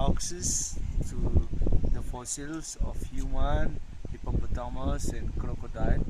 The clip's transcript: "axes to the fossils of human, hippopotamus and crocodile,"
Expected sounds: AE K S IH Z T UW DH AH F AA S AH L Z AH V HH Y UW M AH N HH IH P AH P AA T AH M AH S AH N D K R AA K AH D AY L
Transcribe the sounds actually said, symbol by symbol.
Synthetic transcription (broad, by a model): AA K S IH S T UW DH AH F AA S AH L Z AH F HH Y UW M AH N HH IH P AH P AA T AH M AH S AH N K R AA K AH D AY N